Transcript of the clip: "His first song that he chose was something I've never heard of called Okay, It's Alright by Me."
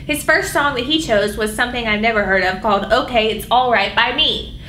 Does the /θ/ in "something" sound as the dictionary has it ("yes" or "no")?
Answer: yes